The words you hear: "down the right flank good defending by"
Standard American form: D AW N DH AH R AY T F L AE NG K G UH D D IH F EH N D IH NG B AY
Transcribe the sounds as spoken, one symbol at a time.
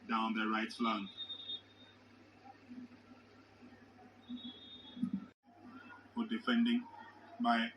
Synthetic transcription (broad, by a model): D AW N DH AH R AY T L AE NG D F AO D D IH F EH N D IH NG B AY